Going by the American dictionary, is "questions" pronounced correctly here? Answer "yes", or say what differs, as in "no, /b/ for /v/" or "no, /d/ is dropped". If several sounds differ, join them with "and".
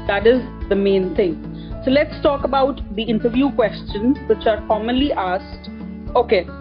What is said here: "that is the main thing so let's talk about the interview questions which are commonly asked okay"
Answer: yes